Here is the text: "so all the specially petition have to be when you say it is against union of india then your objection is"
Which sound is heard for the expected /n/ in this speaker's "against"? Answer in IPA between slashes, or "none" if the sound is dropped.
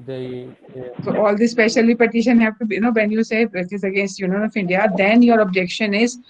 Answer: /n/